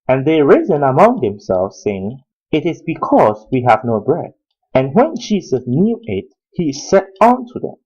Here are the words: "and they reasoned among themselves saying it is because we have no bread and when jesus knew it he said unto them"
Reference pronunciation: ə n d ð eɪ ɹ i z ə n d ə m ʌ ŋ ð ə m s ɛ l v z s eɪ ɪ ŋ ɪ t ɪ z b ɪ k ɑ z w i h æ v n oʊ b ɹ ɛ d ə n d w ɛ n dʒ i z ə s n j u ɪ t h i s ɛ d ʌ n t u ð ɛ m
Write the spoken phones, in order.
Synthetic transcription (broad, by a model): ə n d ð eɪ ɹ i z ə n ə m ʌ ŋ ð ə m s ɛ l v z s eɪ ɪ ŋ ɪ t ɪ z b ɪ k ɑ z w i h æ v n oʊ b ɹ ɛ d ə n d w ɛ n dʒ i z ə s n j u ɪ t h i s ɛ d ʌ n t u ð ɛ m